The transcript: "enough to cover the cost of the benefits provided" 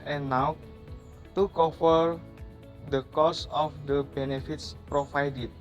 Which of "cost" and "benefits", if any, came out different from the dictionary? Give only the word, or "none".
cost